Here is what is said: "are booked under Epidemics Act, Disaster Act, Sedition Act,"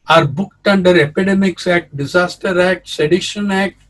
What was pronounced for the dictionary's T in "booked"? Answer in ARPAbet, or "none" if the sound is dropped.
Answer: T